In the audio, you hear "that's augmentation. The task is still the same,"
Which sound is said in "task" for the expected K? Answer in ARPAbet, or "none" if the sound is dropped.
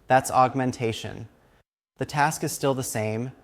K